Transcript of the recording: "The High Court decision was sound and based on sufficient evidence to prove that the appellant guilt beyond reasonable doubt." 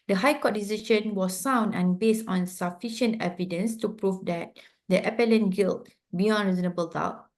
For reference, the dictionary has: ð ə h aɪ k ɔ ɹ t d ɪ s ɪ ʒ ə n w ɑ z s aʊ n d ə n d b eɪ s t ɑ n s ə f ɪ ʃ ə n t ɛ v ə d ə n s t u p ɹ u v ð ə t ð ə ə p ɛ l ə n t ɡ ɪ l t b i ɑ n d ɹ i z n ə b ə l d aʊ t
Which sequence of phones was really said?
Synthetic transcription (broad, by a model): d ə h aɪ k ɔ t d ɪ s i ʃ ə n w ɑ s aʊ n d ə n b eɪ s t ɑ n s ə f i ʃ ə n t ɛ v ə d ə n s t u p ɹ u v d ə t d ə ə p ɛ l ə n ɡ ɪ l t b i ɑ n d ɹ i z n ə b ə l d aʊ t